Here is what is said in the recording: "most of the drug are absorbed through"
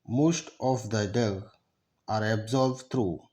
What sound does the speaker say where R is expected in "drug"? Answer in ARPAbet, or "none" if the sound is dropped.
none